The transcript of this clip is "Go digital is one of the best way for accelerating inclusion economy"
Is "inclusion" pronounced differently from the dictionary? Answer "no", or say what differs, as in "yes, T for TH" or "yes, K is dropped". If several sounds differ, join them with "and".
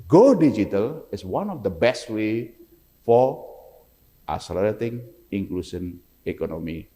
yes, S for ZH